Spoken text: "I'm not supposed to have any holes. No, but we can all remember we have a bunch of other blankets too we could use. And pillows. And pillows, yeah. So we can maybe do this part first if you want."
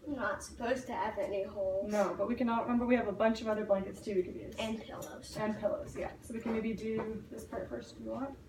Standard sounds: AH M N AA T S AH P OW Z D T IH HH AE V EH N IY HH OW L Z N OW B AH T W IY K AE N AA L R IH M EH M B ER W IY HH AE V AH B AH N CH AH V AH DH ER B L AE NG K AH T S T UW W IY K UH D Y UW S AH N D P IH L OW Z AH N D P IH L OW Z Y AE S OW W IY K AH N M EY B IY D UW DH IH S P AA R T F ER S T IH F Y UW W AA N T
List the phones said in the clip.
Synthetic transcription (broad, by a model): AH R N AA T S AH P OW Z T IH V EH N IY HH OW L N OW B AH T W IY K AE N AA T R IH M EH M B ER W IY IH V AH B AH N CH AH V AH DH ER B L AE NG K AH T S T UW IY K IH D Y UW AH N P IH L OW Z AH N P IH L OW Z Y AE S OW W IY K AH N M EY B IY D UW DH IH S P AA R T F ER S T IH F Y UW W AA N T